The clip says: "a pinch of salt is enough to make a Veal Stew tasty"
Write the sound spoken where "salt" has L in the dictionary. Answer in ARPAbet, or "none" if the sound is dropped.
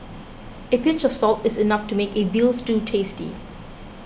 L